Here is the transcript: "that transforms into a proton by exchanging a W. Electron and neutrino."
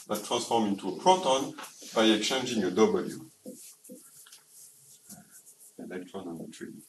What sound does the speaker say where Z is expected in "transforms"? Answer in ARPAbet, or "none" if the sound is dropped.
none